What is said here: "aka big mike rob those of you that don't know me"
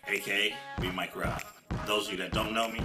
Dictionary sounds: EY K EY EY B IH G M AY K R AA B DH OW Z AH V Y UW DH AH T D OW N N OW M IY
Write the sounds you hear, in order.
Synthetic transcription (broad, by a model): EY K EY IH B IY M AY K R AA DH OW AH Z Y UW DH AH T D OW N N OW M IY